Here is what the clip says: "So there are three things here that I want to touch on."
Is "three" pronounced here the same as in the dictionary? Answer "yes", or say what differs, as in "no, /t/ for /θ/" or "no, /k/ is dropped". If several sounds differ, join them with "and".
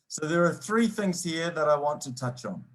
yes